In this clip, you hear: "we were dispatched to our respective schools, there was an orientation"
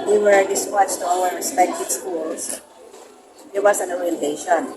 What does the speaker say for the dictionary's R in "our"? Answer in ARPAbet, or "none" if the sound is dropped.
W